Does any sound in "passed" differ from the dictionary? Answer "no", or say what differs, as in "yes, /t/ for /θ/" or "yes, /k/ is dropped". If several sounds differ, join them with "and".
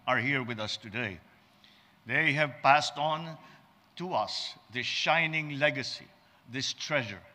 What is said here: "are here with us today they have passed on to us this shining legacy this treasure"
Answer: no